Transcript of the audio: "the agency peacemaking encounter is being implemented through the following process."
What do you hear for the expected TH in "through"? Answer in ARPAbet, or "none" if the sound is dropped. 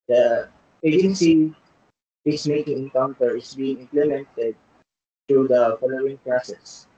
T